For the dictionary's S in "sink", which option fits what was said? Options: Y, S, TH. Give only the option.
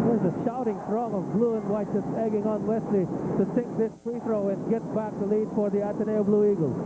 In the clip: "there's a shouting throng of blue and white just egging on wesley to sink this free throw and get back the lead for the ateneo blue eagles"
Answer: TH